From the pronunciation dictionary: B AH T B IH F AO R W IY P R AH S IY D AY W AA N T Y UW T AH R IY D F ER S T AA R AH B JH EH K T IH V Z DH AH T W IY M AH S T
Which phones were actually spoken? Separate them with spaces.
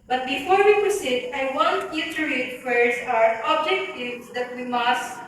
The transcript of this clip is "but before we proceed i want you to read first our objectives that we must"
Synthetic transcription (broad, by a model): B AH T B IH F AO R W IY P R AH S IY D AY W AA N T Y UW T AH R IY D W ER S AA R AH B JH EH K T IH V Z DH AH T W IY M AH S T